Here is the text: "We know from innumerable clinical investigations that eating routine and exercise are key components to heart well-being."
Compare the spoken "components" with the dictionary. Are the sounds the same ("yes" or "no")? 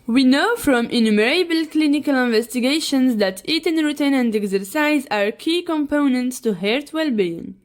yes